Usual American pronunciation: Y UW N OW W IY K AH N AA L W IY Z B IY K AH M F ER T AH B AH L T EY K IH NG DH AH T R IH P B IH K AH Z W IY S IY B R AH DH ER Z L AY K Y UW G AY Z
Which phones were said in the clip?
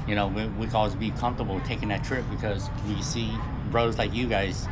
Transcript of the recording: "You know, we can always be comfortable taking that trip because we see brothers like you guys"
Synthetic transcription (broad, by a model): Y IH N OW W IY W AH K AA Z B IY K AH M F T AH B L T EY K IH NG DH AH T R IH P B IH K AH Z W IY S IY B R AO UH Z L AY K Y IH G AY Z